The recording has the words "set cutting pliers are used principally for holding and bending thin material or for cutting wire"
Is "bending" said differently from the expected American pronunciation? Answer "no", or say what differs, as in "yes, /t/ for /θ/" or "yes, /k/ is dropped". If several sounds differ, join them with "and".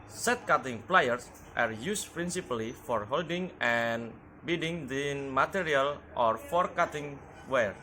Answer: yes, /n/ is dropped